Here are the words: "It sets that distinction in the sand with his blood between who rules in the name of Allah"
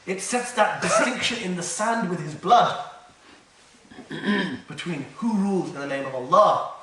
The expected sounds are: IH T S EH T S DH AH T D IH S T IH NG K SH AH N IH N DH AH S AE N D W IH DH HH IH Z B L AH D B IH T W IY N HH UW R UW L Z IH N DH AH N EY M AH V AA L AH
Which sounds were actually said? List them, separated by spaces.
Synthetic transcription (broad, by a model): IH T S EH T S DH AH T D IH S T IH NG K SH AH N IH N DH AH S AE N D W IH DH IH Z B L AH D B IH T W IY N HH UW R UW L Z IH N DH AH N EY M AH V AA L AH